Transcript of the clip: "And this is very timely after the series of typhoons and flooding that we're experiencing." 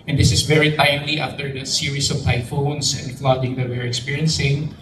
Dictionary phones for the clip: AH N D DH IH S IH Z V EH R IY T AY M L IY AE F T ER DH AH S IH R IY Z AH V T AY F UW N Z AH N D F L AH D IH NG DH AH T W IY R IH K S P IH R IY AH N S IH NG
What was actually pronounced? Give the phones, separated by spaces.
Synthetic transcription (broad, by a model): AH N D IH S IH S V EH R IY T AY M L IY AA F T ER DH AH S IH R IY S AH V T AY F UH N S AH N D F L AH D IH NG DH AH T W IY R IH K S P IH R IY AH N S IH NG